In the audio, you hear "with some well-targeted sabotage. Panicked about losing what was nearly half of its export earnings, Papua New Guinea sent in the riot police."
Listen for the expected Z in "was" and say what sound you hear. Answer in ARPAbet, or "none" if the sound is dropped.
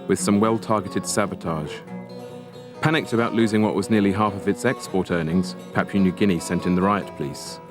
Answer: Z